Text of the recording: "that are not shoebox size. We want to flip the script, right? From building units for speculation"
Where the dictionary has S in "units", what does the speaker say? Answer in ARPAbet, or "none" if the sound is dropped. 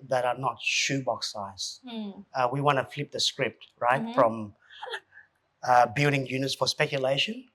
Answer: S